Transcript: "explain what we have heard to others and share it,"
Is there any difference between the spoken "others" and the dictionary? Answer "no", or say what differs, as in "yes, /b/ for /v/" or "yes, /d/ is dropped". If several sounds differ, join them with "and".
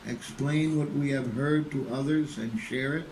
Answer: no